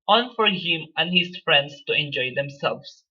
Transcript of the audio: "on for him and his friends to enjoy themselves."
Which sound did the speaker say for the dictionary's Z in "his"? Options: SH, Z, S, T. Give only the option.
S